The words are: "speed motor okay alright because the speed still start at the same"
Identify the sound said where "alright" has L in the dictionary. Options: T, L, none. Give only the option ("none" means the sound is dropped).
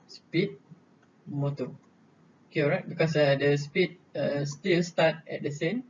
none